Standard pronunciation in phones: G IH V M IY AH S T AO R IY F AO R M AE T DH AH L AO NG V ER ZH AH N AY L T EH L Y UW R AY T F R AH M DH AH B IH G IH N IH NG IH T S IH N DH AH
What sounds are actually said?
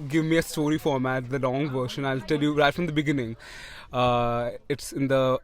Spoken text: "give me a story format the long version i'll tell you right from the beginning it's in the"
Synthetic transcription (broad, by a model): G IH V M IY AH S T AO R IY F AO R M AE T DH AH L AO NG V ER SH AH N AY L T EH L Y UW R AY T F R AH M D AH B IH G IH N IH NG IH T S IH N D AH